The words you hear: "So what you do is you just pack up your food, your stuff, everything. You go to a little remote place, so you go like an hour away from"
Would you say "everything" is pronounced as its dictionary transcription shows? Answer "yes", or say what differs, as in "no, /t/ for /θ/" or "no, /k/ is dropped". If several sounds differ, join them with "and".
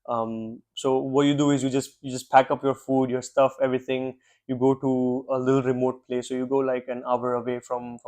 no, /t/ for /θ/